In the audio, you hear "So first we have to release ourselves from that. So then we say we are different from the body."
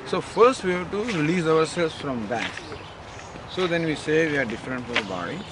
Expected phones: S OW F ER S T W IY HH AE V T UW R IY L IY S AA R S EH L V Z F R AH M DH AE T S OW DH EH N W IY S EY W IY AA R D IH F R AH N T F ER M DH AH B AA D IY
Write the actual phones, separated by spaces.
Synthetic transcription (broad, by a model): S OW F ER S T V IY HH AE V T UW R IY L IY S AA R S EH L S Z F R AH M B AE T S OW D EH N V IY S EY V IY AA R D IH F R AH N T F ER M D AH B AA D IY